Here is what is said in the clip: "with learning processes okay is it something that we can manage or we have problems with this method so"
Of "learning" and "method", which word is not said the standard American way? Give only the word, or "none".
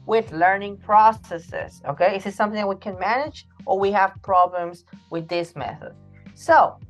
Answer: none